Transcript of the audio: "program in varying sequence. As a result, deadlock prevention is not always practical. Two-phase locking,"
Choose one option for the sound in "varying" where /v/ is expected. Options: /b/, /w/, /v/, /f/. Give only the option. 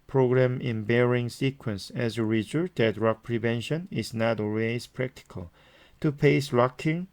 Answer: /b/